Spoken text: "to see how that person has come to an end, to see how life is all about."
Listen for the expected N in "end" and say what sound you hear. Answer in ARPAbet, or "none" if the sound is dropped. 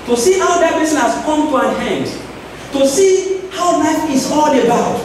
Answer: N